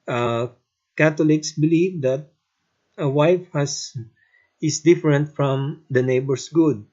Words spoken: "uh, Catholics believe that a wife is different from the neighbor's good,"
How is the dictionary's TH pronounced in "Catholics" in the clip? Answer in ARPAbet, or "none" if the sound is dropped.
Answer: T